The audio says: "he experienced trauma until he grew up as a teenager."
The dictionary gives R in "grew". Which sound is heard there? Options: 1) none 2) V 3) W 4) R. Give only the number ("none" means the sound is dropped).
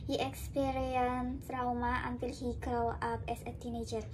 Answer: 3